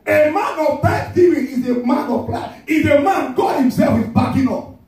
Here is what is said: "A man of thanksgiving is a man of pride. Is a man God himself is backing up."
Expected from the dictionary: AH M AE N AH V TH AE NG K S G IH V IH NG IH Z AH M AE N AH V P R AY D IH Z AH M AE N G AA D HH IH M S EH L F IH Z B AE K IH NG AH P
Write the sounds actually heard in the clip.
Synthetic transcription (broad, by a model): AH M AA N AH V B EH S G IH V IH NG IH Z AH M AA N AH V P L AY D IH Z AH M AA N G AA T HH IH M S EH L F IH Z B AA K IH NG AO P